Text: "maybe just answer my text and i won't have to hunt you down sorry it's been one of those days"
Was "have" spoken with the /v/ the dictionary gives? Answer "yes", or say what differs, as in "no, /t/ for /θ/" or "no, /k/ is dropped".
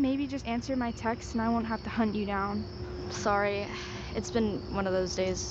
no, /f/ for /v/